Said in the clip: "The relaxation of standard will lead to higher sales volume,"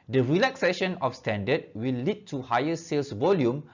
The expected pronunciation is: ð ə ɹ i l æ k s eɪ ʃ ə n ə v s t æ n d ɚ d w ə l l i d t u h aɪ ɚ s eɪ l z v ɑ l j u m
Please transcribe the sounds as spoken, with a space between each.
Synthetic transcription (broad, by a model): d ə ɹ i l æ k s eɪ ʃ ə n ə f s t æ n d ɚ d w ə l l i d t u h aɪ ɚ s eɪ l s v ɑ l j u m